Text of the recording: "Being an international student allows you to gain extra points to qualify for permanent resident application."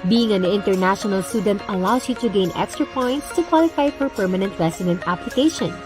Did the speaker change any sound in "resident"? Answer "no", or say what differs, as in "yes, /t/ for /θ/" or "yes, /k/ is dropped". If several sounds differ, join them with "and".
yes, /s/ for /z/